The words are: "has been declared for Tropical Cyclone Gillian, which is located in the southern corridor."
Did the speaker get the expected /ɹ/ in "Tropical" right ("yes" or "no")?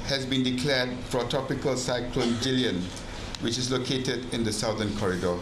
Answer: no